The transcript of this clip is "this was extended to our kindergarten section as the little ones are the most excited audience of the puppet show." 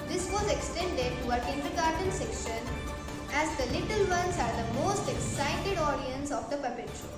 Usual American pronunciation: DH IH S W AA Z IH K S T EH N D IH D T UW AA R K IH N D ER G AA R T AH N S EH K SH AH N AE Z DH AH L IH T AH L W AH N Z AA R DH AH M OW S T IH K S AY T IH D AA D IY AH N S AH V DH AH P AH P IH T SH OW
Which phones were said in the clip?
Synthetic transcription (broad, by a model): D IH S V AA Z IH K S T EH N D IH D T UW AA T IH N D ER G AA R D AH N S EH K SH AH N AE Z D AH L IH T AH L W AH N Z AA R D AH M OW S T IH K S AY T IH D AA D IY AH N S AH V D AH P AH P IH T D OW